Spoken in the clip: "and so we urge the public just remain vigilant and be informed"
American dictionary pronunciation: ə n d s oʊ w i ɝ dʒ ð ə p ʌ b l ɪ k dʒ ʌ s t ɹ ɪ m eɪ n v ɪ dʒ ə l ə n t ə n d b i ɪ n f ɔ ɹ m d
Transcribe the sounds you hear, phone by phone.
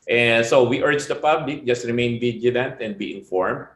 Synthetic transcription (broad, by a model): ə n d s oʊ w i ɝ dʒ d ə p ʌ b l ɪ k dʒ ʌ s t ɹ ɪ m eɪ n b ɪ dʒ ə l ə n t ə n d b i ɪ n f ɔ ɹ m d